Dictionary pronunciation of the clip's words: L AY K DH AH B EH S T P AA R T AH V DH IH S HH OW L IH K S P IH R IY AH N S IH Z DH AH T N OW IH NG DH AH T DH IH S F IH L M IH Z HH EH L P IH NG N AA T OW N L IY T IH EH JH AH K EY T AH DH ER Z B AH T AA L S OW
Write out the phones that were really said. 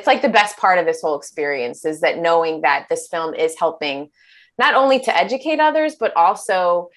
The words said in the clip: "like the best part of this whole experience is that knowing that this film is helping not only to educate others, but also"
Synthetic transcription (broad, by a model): L AY K DH AH B EH S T P AA R T AH V DH IH S HH OW L IH K S P IH R IY AH N S IH Z DH AH T N OW IH NG DH AH T DH IH S F IH L M IH Z HH EH L P IH NG N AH T OW N L IY T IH EH JH AH K EY T AH DH ER Z B AH T AA L S OW